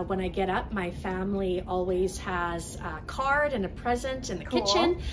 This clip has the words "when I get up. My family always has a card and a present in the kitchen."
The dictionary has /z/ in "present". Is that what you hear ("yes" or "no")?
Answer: yes